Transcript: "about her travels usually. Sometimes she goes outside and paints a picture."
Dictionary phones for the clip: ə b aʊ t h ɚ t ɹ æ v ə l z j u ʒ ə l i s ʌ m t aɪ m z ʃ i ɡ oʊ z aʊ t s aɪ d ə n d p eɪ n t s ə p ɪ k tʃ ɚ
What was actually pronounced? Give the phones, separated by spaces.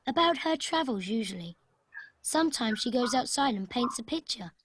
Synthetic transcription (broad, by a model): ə b aʊ t h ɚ t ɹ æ v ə l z j u ʒ ə l i s ʌ m t aɪ m z ʃ i ɡ oʊ z aʊ t s aɪ d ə n p eɪ n t s ə p ɪ k tʃ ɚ